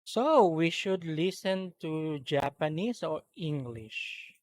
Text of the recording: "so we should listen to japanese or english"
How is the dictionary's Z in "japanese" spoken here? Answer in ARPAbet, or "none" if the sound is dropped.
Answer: S